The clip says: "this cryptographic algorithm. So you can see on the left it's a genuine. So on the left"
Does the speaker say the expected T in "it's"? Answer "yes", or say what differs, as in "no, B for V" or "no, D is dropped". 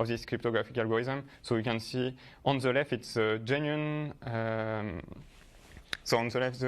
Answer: yes